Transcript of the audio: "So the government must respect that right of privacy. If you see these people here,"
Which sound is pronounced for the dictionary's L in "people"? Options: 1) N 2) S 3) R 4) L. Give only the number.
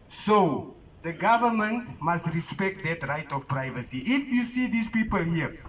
4